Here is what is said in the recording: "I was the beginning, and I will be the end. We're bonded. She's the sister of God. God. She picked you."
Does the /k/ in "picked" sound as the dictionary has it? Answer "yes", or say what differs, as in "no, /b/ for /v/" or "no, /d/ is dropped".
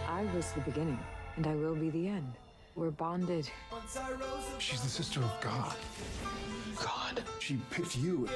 no, /k/ is dropped